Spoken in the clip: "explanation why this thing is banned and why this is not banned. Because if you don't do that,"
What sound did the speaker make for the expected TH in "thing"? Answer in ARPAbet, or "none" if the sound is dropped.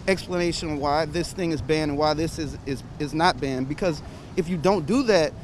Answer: TH